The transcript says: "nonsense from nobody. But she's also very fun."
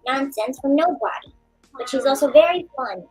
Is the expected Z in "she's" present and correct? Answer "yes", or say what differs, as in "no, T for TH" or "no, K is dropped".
yes